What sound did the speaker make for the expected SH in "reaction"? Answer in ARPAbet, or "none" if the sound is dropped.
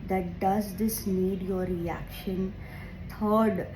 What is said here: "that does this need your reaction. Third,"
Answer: SH